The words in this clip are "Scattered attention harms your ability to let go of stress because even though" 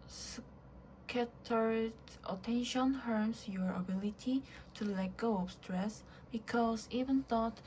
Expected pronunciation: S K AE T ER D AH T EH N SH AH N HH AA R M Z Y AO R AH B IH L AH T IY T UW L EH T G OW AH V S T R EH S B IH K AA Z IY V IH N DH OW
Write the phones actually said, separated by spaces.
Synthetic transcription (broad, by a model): S K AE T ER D AH T EH N SH AH N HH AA R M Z Y AO R AH B IH L AH T IY T UW L EH T G OW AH P S T R EH S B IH K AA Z IY V IH N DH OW